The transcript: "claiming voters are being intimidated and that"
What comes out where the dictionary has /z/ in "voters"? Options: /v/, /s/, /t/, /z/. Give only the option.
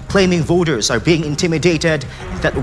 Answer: /z/